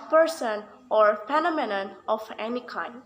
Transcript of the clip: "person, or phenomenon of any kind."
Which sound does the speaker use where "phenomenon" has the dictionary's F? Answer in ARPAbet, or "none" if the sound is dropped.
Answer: P